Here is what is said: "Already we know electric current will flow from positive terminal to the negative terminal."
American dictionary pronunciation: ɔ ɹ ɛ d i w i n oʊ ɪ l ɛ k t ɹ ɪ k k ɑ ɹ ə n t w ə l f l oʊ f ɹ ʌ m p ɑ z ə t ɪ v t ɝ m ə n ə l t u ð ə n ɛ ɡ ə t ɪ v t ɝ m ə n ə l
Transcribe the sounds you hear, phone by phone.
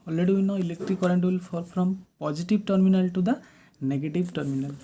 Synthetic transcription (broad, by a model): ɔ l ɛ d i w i n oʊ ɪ l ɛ k t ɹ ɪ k k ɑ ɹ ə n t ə l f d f ɹ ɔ m p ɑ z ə t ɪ b t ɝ m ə n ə l t u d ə n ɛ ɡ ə t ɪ b t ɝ m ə n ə l